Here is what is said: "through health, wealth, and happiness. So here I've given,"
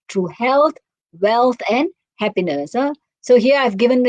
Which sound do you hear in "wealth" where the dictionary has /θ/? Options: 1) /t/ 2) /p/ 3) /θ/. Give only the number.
1